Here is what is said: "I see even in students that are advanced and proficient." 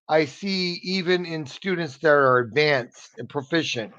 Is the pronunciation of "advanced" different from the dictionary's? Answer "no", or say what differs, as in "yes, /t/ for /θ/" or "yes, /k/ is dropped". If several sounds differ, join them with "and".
no